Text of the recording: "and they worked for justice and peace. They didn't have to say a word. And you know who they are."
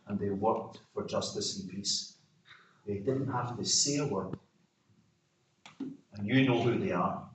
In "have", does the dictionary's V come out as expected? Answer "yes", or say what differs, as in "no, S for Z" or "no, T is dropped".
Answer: no, F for V